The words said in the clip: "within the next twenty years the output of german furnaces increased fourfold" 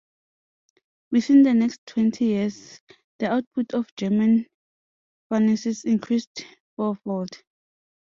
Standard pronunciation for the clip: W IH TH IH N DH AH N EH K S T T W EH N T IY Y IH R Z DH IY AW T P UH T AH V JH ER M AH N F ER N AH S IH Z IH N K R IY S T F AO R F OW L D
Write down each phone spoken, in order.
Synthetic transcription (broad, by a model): W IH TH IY N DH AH N EH K S T T W EH N T IY Y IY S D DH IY AW T P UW T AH F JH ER M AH N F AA N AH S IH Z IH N K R IY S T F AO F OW L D